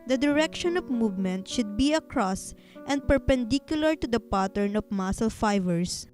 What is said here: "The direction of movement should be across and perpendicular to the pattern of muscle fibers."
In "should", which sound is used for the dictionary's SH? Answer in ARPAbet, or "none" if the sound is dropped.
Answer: SH